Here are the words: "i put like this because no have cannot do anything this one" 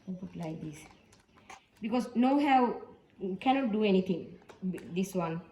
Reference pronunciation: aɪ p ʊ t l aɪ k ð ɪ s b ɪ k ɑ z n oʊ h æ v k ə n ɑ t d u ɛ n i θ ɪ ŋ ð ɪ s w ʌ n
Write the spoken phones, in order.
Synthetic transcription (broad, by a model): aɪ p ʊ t l aɪ k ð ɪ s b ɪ k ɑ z n oʊ h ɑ w k ə n ɑ t d u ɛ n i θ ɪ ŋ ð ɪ s w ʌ n